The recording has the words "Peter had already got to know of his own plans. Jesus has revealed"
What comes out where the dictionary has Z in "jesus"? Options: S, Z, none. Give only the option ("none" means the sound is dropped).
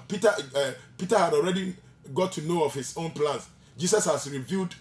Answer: S